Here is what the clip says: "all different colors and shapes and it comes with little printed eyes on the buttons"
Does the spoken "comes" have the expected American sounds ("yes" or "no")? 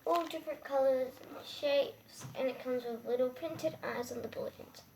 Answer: yes